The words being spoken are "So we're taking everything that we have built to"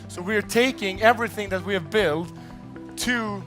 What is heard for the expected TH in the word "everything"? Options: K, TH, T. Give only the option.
TH